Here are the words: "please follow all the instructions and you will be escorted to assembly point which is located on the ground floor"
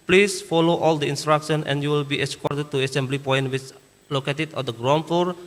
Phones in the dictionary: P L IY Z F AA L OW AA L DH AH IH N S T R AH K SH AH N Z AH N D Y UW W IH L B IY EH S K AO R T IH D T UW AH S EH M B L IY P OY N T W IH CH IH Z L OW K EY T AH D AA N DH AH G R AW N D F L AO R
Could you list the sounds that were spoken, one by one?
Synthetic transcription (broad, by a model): P L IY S F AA L OW AA L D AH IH N S T R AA K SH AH N AH N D Y UW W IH L B IY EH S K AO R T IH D T UW AH S EH M B L IY P OY N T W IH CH L OW K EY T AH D AA N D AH G R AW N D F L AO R